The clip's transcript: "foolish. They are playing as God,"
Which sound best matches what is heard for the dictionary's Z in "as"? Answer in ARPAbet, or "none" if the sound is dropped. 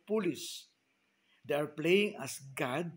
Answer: S